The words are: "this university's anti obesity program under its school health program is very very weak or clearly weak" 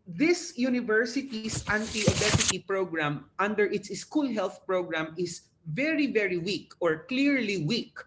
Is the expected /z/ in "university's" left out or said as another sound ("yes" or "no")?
yes